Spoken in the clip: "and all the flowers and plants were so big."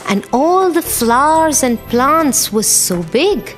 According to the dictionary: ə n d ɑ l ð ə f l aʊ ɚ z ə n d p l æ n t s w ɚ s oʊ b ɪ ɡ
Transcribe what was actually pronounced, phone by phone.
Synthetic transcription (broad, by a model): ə n ɑ l ð ə f l aʊ ɚ z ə n p l æ n t s w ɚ s oʊ b ɪ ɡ